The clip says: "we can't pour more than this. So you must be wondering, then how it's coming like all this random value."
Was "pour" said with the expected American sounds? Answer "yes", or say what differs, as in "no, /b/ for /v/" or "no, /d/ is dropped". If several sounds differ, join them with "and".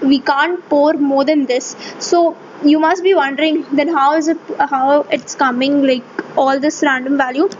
yes